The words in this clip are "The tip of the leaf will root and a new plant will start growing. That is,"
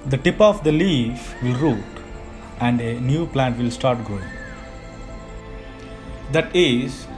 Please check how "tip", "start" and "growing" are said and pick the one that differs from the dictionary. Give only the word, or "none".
growing